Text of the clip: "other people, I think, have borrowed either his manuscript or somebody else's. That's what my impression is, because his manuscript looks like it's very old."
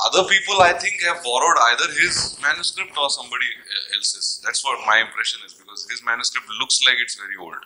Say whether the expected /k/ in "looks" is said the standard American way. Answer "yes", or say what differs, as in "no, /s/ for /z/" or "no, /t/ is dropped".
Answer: yes